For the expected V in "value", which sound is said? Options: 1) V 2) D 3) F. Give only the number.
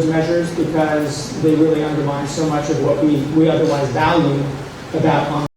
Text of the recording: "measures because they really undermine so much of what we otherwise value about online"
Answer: 1